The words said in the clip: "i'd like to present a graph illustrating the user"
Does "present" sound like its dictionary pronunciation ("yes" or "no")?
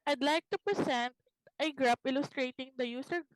no